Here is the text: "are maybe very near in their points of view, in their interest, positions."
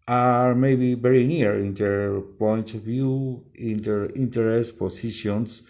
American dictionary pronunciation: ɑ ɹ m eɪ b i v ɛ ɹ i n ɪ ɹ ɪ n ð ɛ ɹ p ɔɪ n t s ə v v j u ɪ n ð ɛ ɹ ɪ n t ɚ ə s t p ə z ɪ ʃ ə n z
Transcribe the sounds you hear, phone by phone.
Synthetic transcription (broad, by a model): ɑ ɹ m eɪ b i v ɛ ɹ i n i ɹ ɪ n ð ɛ ɹ p ɔɪ n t ə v v j u ɪ n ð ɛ ɹ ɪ n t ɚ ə s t p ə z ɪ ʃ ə n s